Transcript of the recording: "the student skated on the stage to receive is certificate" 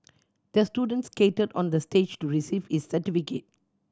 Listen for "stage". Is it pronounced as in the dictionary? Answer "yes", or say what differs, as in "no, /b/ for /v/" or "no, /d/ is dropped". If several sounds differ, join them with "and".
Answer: yes